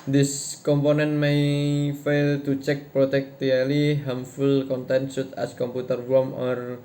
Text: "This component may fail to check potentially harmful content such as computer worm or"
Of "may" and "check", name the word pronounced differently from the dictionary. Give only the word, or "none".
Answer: none